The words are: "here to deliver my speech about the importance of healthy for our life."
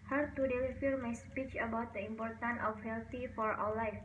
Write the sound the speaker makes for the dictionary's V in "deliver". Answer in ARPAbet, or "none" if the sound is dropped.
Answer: F